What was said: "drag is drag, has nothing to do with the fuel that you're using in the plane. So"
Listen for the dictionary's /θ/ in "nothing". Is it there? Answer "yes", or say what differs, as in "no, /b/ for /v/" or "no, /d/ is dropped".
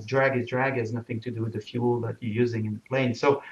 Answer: yes